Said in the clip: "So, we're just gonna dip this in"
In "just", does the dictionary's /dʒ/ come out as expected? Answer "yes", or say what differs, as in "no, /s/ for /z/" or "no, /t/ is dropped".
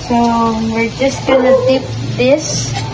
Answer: yes